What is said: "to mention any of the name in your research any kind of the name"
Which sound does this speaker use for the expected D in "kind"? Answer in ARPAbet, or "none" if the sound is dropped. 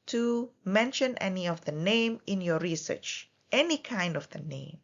D